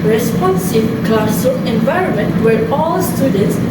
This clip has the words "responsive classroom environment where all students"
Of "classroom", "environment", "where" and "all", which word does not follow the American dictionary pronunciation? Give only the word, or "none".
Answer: classroom